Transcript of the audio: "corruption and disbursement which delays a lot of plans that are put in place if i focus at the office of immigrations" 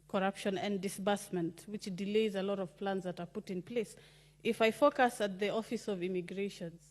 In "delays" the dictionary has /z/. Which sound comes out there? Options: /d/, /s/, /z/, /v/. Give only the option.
/z/